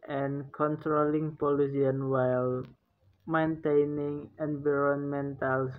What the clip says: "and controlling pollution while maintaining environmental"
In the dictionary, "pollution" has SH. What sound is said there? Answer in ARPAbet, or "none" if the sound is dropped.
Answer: S